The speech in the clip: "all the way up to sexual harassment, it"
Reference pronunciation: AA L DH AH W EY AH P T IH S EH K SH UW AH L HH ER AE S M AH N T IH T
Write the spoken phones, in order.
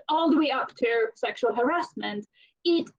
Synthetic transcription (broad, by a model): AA L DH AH W EY AH P T IH S EH K SH UW AH L HH ER AE S M AH N T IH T